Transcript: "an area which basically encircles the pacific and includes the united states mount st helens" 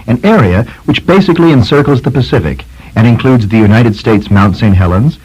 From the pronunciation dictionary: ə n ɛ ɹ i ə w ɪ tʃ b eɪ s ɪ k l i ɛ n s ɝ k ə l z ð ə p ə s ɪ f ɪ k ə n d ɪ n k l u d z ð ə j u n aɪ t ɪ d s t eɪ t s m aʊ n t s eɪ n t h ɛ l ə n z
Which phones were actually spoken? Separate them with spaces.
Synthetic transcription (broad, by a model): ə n ɛ ɹ i ə w ɪ tʃ b eɪ s ɪ k l i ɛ n s ɝ k l z ð ə p ə s ɪ f ɪ k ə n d ɪ n k l u d z ð ə j u n aɪ t ɪ d s t eɪ t s m aʊ n t s eɪ n t h ɛ l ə n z